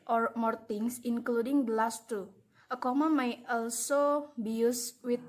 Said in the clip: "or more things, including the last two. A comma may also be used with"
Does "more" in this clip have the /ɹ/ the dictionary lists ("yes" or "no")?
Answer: yes